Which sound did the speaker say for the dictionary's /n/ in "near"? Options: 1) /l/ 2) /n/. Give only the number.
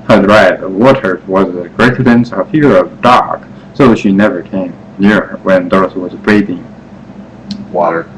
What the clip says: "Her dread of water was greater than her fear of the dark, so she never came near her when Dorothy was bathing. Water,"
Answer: 2